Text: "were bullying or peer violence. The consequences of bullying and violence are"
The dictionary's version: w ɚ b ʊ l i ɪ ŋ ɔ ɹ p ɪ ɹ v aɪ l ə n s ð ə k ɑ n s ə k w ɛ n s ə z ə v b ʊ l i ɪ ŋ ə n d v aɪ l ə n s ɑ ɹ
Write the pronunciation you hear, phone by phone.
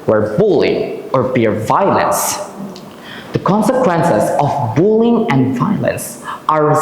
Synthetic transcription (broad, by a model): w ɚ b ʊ l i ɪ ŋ ɔ ɹ b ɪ ɹ v aɪ l ə n s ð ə k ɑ n s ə k w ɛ n s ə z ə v b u l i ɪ ŋ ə n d v aɪ l ə n s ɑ ɹ